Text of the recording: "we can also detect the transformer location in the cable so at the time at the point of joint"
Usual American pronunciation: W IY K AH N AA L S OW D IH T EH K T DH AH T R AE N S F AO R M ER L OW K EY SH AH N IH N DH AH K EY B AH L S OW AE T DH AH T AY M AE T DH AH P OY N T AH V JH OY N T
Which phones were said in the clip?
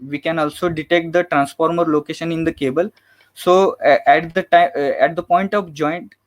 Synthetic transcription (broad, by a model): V IY K AH N AA L S OW D IH T EH K T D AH T R AE N S F AO R M ER L OW K EY SH AH N IH N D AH K EY B AH L S OW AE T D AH T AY AE T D AH P OY N T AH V JH OY N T